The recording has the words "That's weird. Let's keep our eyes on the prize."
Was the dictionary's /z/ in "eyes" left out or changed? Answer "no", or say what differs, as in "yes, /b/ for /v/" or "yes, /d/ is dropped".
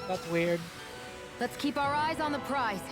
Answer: no